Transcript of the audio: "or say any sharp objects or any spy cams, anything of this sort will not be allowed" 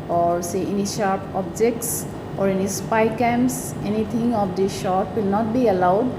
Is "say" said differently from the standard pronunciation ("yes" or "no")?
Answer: no